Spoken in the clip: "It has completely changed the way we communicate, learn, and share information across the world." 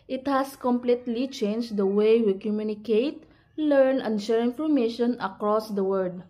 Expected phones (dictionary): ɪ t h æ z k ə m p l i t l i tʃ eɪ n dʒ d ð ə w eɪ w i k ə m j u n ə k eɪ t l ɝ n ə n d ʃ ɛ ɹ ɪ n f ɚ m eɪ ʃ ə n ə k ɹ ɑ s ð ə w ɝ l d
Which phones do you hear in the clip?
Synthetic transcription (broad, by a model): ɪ t h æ s k ə m p l i t l i tʃ eɪ n dʒ d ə w eɪ w i k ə m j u n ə k eɪ t l ɝ n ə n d ʃ ɛ ɹ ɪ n f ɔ m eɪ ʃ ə n ə k ɹ ɑ s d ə w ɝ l d